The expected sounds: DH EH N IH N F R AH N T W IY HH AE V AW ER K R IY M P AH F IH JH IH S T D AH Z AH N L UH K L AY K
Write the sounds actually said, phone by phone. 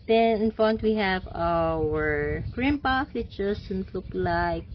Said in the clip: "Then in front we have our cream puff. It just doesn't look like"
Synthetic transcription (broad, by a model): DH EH N IH N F AH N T W IY HH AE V AW ER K R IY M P IH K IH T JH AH S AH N L UH K L AY K